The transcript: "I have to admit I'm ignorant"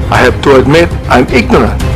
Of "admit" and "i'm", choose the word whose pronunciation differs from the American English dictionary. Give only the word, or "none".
none